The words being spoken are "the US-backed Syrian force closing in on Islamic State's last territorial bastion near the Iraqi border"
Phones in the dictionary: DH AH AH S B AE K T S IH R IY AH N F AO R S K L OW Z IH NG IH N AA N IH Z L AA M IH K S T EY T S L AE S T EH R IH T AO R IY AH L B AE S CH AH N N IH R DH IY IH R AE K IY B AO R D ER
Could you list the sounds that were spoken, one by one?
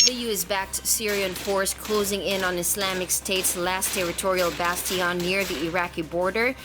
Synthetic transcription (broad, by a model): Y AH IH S B AE K T S IH R IY AH N F AO R S K L OW Z IH NG IH N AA N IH S L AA M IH K S T EY T S L AE S T EH R IH T AO R IY AH L B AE S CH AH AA N IH R DH IY IH R AE K IY B AO R D ER